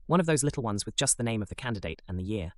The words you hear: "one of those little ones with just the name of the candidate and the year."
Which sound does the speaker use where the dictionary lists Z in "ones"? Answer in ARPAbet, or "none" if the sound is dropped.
Z